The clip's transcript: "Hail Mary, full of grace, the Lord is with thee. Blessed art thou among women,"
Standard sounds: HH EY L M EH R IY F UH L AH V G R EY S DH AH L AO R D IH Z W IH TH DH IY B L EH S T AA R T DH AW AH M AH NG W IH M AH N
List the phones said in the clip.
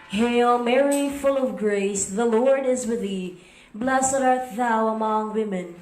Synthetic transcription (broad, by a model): HH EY L M EH R IY F UH L AH V G R EY S DH AH L AO R D IH Z W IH DH IY B L EH S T AA R T DH AW AH M AH NG W IH M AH N